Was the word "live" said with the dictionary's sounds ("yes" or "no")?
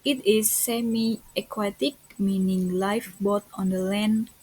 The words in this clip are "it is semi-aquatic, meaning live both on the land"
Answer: no